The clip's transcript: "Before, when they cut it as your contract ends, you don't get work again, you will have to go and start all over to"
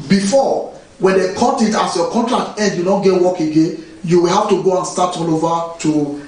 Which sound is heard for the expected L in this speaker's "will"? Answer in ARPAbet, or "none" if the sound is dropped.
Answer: L